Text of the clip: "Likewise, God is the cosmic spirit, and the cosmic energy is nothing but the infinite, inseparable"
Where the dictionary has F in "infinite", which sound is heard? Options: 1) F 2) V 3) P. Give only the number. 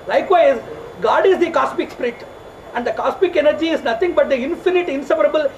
1